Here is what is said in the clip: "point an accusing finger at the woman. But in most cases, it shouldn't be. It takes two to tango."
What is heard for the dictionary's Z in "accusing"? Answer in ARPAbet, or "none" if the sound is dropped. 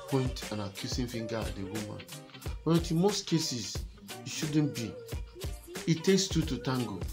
S